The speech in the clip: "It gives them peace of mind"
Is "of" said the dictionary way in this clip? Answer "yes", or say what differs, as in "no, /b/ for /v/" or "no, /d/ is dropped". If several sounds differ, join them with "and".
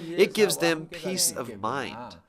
yes